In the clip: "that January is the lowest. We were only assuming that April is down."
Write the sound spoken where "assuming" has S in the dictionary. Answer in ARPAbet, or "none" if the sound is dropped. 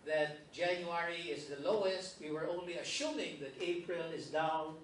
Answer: SH